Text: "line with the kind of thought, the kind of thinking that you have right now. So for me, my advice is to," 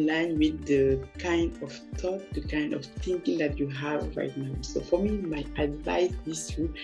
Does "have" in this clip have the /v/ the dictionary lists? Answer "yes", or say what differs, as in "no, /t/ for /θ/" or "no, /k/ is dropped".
yes